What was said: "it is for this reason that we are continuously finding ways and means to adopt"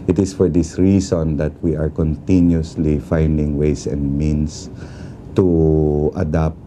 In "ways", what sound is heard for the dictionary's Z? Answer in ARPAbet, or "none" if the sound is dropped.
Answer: S